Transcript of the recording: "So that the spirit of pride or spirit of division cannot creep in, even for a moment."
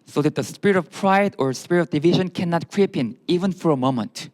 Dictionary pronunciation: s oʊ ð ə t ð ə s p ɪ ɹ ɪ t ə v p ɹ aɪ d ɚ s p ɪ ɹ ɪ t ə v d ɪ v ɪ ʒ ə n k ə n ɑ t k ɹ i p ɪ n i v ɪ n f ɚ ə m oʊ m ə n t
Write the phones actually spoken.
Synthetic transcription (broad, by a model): s oʊ ð ə t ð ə s p ɪ ɹ ɪ t ə v p ɹ aɪ d ɚ s p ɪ ɹ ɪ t ə v d ɪ v ɪ ʒ ə n k ə n ɑ t k ɹ i p ɪ n i v ɪ n f ɚ ə m oʊ m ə n t